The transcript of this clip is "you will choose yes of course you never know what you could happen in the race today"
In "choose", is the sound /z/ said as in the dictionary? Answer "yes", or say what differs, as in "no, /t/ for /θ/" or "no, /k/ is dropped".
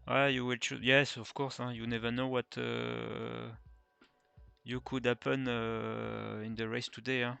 no, /z/ is dropped